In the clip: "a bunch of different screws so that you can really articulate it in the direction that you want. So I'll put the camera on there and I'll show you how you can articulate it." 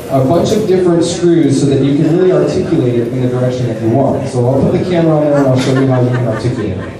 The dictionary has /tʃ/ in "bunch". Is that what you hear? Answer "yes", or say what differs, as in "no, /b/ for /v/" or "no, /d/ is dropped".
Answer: yes